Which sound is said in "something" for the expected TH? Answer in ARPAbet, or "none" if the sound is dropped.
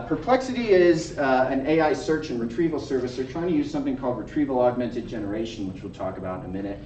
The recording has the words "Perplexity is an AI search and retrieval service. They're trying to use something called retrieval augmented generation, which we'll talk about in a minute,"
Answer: TH